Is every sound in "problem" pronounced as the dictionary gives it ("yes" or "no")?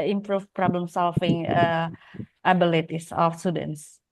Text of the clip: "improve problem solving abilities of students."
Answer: yes